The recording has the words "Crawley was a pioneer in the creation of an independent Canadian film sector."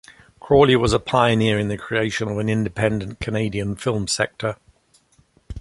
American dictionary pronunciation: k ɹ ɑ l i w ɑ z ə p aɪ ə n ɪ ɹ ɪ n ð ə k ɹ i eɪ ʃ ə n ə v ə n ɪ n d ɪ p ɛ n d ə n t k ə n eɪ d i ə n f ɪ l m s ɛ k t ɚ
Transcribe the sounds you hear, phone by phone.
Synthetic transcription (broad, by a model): k ɹ ɑ l i w ɑ z ə p aɪ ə n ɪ ɹ ɪ n ð ə k ɹ i eɪ ʃ ə n ə v ə n ɪ n d ɪ p ɛ n d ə n k ə n eɪ d i ə n f ɪ l m s ɛ k t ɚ